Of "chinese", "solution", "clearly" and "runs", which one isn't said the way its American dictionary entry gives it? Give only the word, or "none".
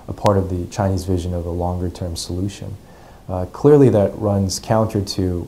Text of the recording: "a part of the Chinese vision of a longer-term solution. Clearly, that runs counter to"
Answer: none